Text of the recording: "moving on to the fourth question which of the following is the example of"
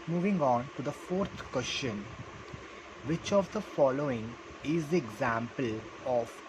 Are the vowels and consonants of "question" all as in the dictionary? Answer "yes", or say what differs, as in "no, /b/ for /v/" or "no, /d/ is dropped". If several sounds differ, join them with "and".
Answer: no, /ʃ/ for /tʃ/